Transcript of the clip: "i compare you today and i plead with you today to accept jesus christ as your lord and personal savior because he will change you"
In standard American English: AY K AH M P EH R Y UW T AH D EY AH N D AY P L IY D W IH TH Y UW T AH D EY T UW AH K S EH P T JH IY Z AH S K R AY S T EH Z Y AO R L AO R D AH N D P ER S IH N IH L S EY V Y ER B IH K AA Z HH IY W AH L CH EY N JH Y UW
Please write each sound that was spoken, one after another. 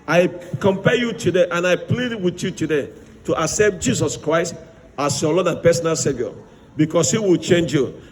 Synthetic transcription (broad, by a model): AY K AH M P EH Y UW T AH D EY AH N AY P L IY D W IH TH Y UW T AH D EY T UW AH K S EH P T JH IY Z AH S K R AY S T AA S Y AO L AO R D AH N P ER S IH N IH L S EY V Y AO B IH K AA S HH IY W AH L CH EY N JH Y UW